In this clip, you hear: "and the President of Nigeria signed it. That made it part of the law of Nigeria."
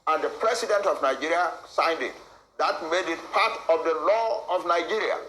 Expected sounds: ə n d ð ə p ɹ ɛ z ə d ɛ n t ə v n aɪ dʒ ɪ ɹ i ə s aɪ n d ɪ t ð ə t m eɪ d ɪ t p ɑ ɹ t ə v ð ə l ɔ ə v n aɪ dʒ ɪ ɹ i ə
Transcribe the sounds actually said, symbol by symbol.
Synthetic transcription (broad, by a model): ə n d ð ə p ɹ ɛ s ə d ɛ n t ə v n aɪ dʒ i ɹ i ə s aɪ n d ɪ t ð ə t m eɪ d ɪ t p ɑ t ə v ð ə l ɔ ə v n aɪ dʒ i ɹ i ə